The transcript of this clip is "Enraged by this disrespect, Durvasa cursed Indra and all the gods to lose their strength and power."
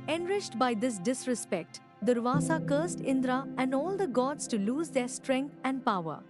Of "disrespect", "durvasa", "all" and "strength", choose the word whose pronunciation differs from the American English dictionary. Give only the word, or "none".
strength